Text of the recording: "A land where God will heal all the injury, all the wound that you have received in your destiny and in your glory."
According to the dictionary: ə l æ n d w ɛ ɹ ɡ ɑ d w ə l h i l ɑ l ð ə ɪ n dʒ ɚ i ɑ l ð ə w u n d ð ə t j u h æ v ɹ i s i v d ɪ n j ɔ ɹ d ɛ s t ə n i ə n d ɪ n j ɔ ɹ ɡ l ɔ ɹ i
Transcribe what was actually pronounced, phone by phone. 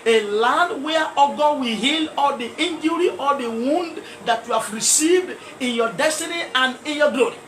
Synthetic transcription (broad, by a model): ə l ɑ n d w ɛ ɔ ɡ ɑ w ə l h i l ɑ l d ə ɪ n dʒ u i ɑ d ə w u n d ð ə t j u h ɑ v ɹ i s i v d ɪ n j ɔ d ɛ s t ə n i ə n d ɪ n j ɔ ɡ l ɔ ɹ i